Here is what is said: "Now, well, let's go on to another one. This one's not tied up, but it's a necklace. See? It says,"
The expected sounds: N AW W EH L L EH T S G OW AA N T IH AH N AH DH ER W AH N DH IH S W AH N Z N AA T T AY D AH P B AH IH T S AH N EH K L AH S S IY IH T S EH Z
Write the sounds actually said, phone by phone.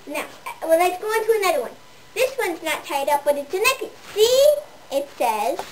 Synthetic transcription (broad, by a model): N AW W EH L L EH T S G OW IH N T IH AH N AH DH ER W AH N DH IH S W AH N Z N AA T T AY D AH P B AH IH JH AH N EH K AH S S IY IH T S EH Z